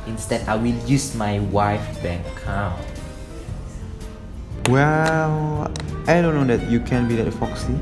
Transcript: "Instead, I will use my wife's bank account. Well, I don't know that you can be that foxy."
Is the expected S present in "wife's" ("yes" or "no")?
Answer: no